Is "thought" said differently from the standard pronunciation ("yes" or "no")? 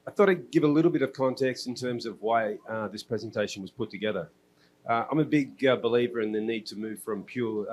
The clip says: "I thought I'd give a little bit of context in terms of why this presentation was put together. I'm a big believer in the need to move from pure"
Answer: no